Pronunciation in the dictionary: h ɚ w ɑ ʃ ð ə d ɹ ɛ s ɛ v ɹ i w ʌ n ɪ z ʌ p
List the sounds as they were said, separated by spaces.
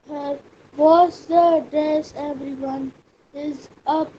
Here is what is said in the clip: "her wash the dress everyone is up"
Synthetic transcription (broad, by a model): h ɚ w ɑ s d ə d ɛ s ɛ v ɹ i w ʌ n ɪ z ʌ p